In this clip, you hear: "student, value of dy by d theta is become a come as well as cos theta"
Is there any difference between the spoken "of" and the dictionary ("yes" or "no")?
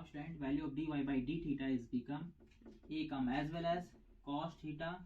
yes